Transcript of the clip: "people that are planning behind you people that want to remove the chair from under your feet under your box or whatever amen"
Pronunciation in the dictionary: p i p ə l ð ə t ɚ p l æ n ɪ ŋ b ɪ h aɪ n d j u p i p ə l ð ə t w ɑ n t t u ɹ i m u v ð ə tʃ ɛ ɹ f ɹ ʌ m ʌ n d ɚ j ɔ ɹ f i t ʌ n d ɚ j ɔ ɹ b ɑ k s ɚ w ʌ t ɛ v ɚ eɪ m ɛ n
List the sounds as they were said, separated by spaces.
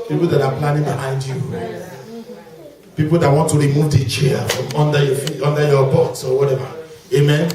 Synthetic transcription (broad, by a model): p i p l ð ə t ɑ p l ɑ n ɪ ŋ b ɪ h aɪ n d j u p i p ə l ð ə t w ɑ n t t u ɹ i m u v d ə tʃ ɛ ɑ f ɹ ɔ m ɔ n d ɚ j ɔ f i ɔ n d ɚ j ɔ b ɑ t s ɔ w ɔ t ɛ v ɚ eɪ m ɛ n